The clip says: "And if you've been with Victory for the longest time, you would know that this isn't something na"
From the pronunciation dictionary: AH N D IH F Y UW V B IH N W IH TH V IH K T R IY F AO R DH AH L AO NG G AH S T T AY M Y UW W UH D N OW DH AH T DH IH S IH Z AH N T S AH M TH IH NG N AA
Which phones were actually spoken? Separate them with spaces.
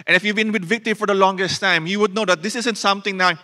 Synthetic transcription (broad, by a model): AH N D IH F Y UW V B IH N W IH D V IH K T R IY F AO R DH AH L AO NG G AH S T T AY M Y UW W UH D N OW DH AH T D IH S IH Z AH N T S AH M T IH NG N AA